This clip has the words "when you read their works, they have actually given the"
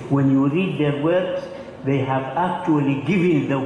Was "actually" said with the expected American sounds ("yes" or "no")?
yes